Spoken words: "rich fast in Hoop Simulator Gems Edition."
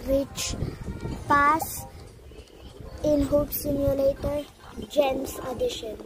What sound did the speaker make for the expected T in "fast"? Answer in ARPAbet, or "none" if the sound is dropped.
none